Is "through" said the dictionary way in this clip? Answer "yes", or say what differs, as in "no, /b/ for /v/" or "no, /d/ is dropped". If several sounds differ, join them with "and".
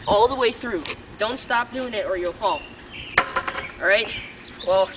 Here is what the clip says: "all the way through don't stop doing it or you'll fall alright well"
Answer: yes